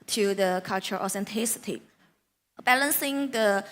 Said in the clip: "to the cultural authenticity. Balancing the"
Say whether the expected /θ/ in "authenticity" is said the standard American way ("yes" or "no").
no